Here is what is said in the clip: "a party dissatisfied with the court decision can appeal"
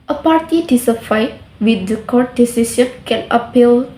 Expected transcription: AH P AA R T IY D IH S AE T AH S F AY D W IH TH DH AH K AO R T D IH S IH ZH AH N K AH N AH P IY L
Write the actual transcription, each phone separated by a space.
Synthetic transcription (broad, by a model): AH P AA R T IY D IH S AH F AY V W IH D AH K AO R T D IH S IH SH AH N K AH L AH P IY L